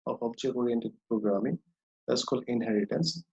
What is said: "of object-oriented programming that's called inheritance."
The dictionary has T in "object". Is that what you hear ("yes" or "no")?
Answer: no